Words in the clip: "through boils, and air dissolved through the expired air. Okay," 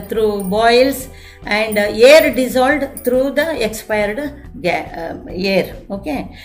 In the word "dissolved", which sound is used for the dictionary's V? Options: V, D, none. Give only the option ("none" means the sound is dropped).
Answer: none